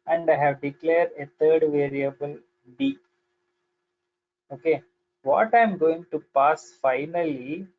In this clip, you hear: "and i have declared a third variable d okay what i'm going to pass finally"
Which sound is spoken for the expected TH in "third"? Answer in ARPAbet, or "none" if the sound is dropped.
T